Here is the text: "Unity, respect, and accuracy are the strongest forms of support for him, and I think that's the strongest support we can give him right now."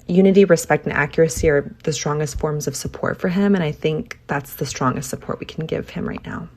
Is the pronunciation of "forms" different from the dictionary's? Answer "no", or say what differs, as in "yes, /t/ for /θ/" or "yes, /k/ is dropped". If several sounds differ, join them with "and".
no